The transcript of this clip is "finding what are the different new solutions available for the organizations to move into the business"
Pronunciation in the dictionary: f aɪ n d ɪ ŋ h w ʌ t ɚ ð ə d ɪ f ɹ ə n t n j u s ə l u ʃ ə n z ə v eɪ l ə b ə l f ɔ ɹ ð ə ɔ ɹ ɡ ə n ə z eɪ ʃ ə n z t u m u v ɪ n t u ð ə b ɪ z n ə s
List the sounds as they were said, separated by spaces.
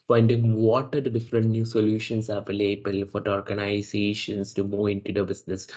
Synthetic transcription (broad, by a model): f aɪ n d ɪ ŋ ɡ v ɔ t ɚ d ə d ɪ f ɹ ə n t n j u s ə l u ʃ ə n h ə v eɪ l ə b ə l f ɔ ɹ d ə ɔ ɹ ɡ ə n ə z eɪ ʃ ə n s t u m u ɪ n t u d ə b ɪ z n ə s